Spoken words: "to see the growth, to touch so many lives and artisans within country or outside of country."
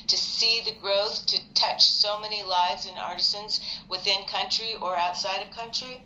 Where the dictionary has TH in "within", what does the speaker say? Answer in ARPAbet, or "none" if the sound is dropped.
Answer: TH